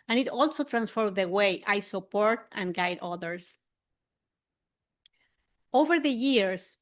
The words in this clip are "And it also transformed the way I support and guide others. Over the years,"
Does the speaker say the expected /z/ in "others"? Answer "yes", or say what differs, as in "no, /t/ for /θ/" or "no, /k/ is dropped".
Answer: no, /s/ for /z/